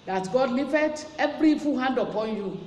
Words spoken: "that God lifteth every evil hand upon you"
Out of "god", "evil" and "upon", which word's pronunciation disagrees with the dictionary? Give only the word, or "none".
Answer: evil